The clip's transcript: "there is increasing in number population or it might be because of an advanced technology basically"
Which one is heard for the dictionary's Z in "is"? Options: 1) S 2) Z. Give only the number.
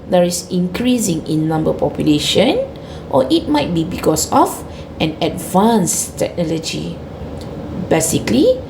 1